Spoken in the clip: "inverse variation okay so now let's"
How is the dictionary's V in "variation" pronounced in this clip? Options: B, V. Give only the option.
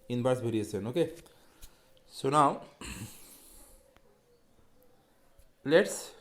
B